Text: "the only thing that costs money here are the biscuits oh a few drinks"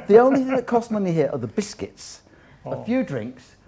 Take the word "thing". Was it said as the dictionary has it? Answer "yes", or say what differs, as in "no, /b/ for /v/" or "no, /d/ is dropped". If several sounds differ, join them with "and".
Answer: yes